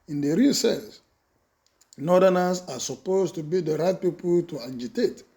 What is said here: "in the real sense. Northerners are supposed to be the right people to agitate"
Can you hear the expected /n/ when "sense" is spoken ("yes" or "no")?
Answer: no